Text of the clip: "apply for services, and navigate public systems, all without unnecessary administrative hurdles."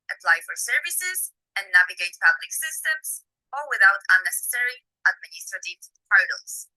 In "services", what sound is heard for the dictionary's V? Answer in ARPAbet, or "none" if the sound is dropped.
V